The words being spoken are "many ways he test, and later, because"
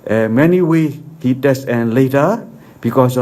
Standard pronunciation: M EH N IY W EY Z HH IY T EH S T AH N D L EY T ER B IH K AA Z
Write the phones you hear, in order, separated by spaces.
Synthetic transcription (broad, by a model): M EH N IY W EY HH IY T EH S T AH N L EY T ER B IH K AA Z